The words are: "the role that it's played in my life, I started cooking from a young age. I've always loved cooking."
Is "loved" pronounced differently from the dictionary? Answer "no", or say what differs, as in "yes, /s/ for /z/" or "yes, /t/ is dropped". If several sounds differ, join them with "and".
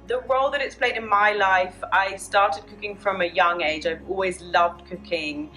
no